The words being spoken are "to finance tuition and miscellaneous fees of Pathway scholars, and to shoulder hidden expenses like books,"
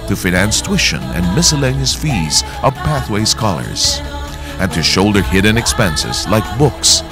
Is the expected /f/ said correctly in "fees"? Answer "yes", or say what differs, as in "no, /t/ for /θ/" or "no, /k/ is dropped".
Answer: yes